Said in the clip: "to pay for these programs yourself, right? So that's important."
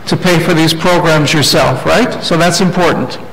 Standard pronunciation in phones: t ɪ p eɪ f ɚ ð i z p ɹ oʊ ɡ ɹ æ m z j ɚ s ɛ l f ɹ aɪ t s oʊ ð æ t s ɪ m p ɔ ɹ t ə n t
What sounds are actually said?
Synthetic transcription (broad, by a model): t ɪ p eɪ f ɚ ð i z p ɹ oʊ ɡ ɹ æ m z j ɚ s ɛ l f ɹ aɪ t s oʊ ð æ t s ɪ m p ɔ ɹ t n t